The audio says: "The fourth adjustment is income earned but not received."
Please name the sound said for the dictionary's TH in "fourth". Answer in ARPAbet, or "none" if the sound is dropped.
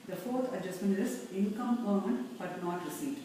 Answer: T